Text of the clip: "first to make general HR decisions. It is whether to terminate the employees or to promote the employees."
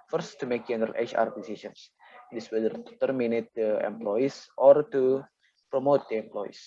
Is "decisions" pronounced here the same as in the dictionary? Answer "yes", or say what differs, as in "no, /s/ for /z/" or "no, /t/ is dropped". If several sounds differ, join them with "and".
no, /s/ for /ʒ/